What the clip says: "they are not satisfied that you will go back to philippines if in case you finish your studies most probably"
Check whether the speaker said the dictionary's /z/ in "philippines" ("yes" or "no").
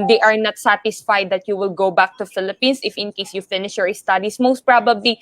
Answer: no